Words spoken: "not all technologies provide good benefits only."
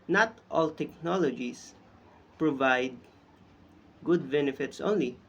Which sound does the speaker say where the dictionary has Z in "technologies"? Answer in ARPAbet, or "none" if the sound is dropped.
S